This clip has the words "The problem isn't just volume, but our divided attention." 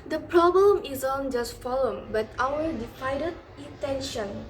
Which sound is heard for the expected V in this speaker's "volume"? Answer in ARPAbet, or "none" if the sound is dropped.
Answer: F